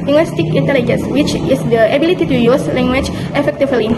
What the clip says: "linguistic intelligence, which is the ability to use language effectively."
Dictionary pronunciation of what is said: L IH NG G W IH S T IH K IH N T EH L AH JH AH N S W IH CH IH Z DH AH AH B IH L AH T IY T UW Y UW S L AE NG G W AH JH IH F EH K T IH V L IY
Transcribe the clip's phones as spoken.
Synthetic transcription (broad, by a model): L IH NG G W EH S T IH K IH N T EH L AH JH AH N S W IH CH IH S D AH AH B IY L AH T IY T UW Y UW S L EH NG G W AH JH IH F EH K T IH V L IY